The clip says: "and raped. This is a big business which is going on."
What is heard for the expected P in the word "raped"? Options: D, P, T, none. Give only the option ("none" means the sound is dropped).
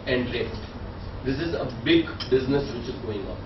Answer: none